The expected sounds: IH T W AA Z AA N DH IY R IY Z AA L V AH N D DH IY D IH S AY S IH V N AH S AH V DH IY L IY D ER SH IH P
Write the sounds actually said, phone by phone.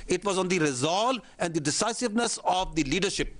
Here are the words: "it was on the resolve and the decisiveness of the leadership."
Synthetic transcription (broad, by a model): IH T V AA Z AA N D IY R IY Z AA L AH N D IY D IH S AY S IH V N AH S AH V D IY L IY D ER SH IH P